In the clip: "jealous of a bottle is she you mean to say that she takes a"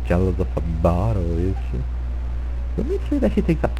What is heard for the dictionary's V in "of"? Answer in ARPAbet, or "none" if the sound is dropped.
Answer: F